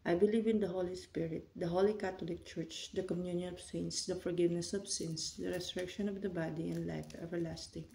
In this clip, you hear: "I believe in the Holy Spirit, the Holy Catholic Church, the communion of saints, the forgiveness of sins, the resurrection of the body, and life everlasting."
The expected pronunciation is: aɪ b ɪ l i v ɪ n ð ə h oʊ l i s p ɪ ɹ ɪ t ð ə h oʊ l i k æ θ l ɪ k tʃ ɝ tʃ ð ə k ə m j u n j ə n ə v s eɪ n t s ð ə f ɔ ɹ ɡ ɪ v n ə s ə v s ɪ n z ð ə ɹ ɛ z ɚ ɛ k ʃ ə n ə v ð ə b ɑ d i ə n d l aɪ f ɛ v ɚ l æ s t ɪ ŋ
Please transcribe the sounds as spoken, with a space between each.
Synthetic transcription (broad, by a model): aɪ b ɪ l i v ɪ n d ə h oʊ l i s p ɪ ɹ ɪ t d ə h oʊ l i k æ t l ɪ k tʃ ɝ tʃ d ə k ə m j u n j ə n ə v s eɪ n s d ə f ɔ ɹ ɡ ɪ v n ə s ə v s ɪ n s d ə ɹ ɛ s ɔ ɛ k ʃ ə n ə v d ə b ɑ d i ə n d l aɪ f ɛ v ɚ l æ s t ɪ ŋ